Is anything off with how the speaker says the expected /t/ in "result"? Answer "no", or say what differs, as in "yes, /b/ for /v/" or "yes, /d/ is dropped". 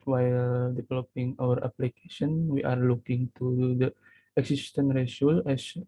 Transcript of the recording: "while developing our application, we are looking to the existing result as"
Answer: yes, /t/ is dropped